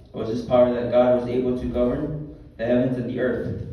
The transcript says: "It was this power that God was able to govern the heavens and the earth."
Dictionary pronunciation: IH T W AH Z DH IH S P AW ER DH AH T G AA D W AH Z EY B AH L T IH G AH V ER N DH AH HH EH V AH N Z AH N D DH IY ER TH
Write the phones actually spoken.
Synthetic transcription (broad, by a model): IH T W AH Z DH IH S P AW ER DH AH T G AA D W AH Z EY B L T IH G AH V ER N DH AH HH EH V AH N Z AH N DH IY ER TH